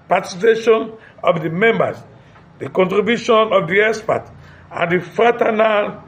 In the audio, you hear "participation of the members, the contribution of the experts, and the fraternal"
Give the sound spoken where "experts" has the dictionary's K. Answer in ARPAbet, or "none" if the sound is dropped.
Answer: none